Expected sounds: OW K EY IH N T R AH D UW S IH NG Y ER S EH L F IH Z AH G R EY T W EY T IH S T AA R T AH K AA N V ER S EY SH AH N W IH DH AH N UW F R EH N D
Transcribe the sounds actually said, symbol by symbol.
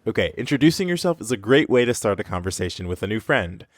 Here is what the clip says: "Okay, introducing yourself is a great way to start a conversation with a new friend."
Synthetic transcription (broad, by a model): OW K EY IH N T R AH D UW S IH NG Y ER S EH L F IH Z AH G R EY T W EY T IH S T AA R T AH K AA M V ER S EY SH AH N W IH DH AH N UW F R EH N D